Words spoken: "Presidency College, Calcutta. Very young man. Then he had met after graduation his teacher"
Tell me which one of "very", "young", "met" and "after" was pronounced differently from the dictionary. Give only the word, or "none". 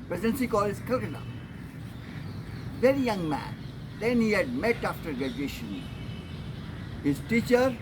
none